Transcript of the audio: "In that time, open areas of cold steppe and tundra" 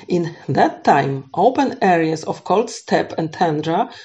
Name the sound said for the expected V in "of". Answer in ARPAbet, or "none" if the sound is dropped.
F